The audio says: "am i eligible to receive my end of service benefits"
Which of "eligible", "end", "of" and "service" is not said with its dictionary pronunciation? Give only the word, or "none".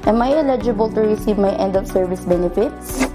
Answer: of